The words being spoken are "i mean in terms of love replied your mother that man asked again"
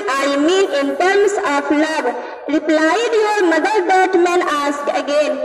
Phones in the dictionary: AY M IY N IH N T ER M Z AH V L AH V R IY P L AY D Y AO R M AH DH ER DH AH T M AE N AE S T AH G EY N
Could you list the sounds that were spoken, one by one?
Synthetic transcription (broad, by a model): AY M IY N IH N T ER M S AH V L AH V R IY P L AY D Y AO R M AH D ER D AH T M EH N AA S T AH G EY N